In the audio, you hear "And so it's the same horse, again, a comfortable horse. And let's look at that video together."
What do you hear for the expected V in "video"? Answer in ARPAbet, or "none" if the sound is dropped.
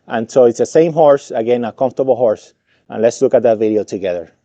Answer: V